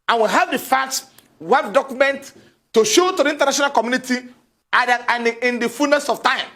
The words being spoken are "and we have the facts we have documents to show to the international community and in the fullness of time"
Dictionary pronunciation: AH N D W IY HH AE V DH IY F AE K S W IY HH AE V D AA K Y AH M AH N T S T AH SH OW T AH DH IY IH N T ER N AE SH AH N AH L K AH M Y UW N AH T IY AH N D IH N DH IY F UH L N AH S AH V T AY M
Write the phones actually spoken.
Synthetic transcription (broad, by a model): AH N W IY HH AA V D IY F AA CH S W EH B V D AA K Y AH M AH N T T AH SH OW T AH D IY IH N T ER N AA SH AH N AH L K AH M Y UW N AH T IY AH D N IH N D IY F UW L N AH S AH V T AY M